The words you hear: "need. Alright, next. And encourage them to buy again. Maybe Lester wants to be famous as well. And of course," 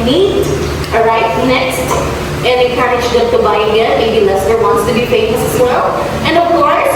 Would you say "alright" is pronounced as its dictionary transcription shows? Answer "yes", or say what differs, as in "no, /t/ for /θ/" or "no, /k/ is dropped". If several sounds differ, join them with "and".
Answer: no, /l/ is dropped